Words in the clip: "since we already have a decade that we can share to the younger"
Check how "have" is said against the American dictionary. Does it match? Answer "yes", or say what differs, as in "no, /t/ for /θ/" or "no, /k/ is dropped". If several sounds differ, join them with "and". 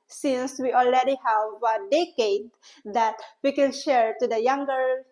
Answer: yes